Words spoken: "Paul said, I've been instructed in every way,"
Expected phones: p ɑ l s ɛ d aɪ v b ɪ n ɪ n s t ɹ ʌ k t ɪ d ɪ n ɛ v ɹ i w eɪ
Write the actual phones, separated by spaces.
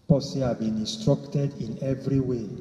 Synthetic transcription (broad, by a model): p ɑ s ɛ aɪ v b ɪ n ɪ n s t ɹ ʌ k t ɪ d ɪ n ɛ v ɹ i w eɪ